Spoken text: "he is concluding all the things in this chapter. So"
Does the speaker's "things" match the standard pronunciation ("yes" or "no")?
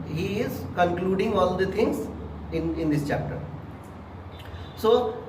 no